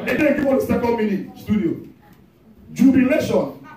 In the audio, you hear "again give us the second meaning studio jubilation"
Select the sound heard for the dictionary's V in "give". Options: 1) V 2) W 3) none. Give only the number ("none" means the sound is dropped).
2